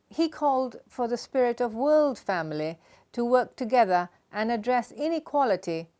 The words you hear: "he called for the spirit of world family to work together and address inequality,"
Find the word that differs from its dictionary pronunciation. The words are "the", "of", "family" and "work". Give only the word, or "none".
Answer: none